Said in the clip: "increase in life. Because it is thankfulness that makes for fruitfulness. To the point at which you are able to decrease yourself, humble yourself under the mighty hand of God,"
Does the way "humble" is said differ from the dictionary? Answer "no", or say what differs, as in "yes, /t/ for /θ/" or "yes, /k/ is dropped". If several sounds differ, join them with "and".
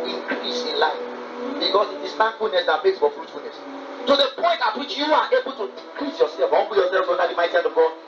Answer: yes, /m/ is dropped